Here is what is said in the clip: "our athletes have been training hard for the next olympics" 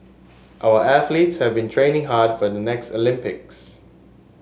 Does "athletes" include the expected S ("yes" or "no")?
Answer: yes